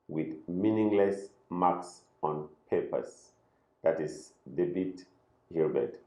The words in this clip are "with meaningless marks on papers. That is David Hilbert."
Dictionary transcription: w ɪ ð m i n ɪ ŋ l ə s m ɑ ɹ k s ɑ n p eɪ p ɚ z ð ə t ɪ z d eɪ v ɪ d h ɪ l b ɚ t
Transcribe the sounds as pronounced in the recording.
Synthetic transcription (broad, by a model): w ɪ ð m i n ɪ ŋ l ə s m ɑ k s ɑ n p eɪ p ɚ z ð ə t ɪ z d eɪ b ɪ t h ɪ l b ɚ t